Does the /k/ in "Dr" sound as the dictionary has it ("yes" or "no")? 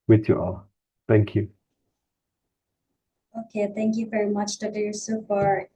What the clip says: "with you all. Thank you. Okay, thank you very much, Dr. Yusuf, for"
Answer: no